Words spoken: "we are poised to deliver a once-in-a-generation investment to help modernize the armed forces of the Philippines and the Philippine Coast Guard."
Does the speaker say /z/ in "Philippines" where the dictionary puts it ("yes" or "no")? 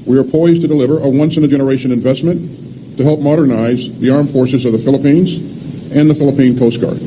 yes